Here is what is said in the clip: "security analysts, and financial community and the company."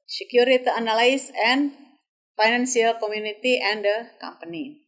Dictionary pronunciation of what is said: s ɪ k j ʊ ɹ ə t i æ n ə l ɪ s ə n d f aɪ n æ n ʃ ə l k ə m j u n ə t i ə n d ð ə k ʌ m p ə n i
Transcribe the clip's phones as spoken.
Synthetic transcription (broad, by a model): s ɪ k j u ɹ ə t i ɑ n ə l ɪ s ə n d f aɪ n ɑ n s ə l k ə m j u n ə t i ə n d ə k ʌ m p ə n i